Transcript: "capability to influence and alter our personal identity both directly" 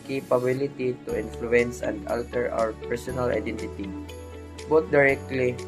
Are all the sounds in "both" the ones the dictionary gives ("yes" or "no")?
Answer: no